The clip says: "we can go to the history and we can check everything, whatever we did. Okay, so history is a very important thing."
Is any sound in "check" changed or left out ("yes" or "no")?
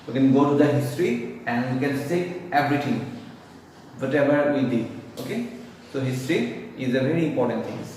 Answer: yes